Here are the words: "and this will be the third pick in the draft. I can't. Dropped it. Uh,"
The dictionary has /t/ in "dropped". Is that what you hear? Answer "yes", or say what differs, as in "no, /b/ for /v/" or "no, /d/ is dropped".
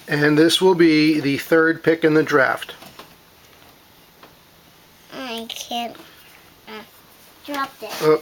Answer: no, /t/ is dropped